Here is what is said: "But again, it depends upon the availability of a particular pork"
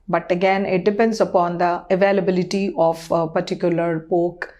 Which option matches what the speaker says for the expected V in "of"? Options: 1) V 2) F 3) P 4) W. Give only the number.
3